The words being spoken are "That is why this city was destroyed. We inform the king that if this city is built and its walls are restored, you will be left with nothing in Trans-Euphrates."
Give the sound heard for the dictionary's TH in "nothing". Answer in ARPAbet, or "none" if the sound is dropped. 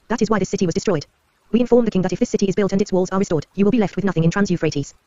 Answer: TH